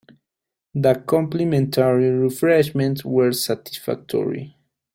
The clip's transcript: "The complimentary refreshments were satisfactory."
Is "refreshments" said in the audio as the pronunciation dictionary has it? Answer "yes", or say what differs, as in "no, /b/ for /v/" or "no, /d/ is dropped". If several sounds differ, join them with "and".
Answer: no, /s/ is dropped